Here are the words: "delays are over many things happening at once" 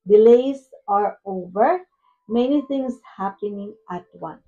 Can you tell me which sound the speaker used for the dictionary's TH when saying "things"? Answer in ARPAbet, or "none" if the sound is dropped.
T